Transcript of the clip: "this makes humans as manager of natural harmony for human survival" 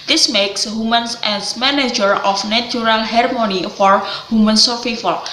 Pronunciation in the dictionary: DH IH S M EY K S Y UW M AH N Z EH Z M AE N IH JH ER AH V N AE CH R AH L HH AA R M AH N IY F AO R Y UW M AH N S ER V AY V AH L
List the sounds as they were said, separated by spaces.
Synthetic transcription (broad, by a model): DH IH S M EY K S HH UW M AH N S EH S M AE N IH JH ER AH F N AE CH R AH L HH AA R M AH N IY F AO R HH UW M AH N S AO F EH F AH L